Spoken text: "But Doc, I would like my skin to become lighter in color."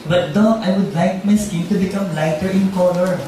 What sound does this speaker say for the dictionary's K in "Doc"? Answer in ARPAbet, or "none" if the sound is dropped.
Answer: none